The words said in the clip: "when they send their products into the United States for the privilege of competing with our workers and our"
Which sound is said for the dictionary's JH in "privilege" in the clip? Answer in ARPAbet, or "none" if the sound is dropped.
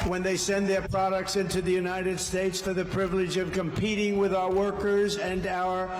JH